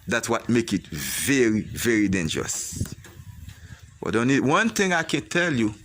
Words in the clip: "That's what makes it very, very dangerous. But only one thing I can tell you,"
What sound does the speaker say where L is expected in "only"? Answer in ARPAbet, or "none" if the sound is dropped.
none